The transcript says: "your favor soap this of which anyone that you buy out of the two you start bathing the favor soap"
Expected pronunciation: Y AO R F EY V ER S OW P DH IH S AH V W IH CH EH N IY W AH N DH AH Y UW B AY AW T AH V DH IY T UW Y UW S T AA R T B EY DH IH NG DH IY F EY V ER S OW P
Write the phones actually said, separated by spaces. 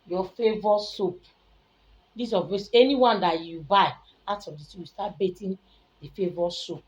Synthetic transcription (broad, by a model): Y AO F EY V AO S OW P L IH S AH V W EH S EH N IY W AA N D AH Y UW B AY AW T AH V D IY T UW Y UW S T AA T B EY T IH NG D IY F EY V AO S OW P